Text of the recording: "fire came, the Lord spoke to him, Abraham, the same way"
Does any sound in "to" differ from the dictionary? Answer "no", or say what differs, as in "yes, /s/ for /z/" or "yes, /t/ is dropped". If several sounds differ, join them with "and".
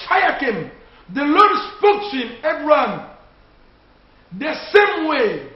yes, /s/ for /t/